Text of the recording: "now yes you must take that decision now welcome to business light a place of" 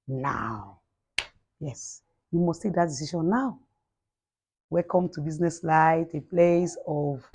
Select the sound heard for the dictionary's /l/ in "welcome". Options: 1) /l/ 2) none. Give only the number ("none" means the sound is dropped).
2